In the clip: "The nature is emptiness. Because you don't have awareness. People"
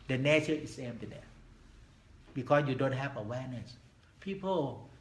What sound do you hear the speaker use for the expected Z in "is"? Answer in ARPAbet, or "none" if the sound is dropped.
S